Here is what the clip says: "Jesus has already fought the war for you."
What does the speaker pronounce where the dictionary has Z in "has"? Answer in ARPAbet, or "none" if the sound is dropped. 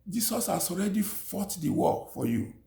S